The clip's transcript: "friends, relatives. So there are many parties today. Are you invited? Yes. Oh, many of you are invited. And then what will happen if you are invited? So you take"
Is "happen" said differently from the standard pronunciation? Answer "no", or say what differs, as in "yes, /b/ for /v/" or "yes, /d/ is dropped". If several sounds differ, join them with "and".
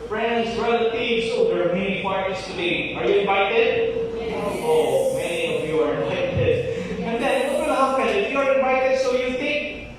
yes, /f/ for /p/